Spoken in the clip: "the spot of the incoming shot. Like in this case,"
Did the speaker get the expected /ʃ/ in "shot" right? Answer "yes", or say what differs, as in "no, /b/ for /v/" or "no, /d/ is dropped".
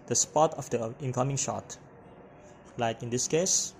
yes